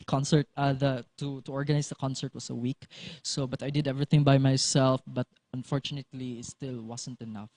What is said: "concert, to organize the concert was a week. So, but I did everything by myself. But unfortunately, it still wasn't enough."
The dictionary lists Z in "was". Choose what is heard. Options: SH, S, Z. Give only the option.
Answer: S